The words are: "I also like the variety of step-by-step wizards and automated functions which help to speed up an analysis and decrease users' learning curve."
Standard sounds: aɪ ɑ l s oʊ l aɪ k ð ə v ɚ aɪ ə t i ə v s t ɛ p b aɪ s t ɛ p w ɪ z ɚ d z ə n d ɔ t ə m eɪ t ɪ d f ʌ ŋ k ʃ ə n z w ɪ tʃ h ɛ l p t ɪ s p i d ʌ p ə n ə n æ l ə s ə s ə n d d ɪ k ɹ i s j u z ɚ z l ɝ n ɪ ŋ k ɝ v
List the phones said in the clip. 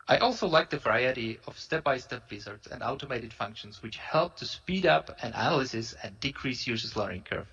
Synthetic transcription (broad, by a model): aɪ ɑ l s oʊ l aɪ k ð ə v ɚ aɪ ə t i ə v s t ɛ p b aɪ s t ɛ p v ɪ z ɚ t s ə n d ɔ t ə m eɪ t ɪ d f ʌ ŋ k ʃ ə n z w ɪ tʃ h ɛ l p t ɪ s p i d ʌ p ə n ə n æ l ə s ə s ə n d d ɪ k ɹ i s j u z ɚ s l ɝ ɪ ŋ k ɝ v